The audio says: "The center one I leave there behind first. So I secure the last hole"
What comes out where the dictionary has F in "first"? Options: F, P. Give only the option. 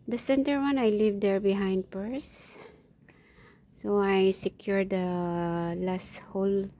P